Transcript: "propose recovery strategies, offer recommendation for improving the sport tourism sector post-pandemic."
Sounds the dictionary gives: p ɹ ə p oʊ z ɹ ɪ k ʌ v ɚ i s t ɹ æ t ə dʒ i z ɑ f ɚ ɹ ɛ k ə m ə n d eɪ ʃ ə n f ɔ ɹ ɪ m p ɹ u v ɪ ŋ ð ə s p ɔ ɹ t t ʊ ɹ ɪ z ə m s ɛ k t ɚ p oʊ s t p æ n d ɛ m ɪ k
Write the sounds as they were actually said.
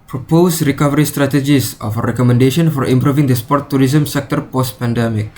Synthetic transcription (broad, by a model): p ɹ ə p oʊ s ɹ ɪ k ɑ v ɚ i s t ɹ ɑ t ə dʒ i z ɑ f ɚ ɹ ɛ k ə m ə n d eɪ ʃ ə n f ɔ ɹ ɪ m p ɹ u v ɪ ŋ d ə s p ɔ ɹ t t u ɹ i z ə m s ɛ k t ɚ p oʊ s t p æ n d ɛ m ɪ k